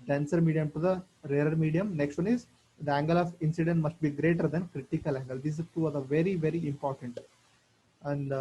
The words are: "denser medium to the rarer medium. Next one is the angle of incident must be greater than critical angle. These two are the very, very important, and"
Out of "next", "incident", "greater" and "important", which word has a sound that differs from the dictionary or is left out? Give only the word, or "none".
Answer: none